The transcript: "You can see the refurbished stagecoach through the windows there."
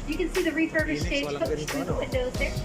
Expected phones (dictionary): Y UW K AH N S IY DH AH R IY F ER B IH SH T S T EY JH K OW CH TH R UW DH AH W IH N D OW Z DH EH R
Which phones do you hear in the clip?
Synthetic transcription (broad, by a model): Y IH K AH N S IY DH AH R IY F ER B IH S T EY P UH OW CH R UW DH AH W IH N D OW Z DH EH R